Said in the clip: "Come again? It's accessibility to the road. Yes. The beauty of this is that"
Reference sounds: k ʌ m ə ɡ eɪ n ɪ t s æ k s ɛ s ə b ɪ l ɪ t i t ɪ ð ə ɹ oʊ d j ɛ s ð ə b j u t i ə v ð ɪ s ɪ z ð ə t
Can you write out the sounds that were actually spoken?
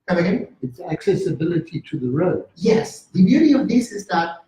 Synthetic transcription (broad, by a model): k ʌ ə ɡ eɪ ɪ t s æ k s ɛ s ə b ɪ l ɪ t i t ɪ ð ə ɹ oʊ d j ɛ s ð ə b j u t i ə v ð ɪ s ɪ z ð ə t